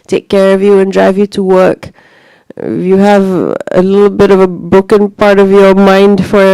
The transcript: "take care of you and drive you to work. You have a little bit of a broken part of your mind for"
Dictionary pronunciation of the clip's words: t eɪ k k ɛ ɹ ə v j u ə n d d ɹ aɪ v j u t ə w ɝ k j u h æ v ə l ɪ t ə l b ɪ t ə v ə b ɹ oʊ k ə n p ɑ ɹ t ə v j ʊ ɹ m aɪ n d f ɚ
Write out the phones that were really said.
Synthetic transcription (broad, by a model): t eɪ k k ɛ ɹ ə v j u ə n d d ɹ aɪ v j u t ə w ɝ k j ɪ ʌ v ə l ɪ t l b ɪ t ə v ə b ʊ k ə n p ɑ ɹ t ə v j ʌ ɹ m aɪ n d f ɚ